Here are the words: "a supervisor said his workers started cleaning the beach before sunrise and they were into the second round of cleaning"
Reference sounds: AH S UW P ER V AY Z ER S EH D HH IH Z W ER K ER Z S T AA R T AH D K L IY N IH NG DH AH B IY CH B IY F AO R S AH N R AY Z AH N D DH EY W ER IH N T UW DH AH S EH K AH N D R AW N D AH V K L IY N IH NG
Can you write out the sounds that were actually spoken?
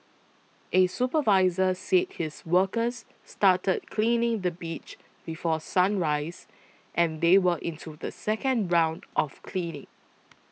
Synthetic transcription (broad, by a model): AH S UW P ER V AY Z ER S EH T HH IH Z W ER K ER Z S T AA T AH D K L IY N IH NG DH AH B IY CH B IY F AO S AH N R AY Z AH N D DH EY W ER IH N T UW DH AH S EH K AH N D R AW N D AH F K L IY N IH NG